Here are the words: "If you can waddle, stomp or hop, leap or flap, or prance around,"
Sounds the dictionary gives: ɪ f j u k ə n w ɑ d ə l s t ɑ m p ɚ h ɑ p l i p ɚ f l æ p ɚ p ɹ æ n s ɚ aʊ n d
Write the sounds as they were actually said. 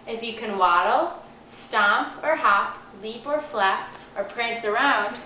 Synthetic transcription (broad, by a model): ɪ f j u k ə n w ɑ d l s t ɑ m p ɚ h ɑ p l i p ɚ f l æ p ɚ p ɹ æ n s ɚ aʊ n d